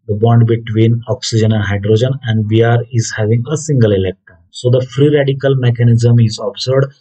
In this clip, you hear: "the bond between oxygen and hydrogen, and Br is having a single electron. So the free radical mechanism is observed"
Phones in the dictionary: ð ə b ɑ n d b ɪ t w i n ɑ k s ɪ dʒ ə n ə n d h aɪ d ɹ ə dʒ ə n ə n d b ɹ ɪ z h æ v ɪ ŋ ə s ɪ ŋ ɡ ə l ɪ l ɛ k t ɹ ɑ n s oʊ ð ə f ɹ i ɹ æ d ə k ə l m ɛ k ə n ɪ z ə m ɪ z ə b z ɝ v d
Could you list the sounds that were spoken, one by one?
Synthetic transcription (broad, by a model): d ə b ɑ n d b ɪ t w i n ɑ k s ɪ dʒ ə n ə n d h aɪ d ɹ ə dʒ ə n ə n d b ɹ ɪ z h æ v ɪ ŋ ə s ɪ ŋ ɡ ə l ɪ l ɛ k t ɑ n s oʊ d ə f ɹ i ɹ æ d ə k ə l m ɛ k ə n ɪ z ə m ɪ z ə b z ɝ d